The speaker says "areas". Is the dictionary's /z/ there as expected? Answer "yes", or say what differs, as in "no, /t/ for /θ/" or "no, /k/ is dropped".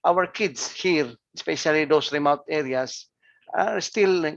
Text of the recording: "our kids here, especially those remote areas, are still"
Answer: no, /s/ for /z/